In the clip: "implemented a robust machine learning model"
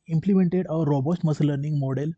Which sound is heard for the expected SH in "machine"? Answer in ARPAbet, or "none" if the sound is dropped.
S